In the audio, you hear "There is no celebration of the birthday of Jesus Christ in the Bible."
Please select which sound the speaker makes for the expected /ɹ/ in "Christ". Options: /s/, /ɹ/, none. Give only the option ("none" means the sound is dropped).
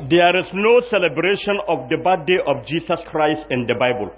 /ɹ/